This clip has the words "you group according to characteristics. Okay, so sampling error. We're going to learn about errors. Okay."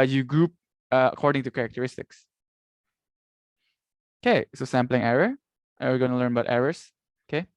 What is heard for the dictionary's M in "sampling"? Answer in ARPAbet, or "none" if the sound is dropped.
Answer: M